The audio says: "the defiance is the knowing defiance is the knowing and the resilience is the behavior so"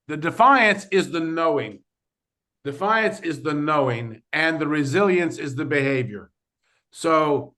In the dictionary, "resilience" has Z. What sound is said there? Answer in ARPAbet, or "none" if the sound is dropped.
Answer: Z